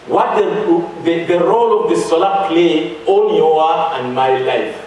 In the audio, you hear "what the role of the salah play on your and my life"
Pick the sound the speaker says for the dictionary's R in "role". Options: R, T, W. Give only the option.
R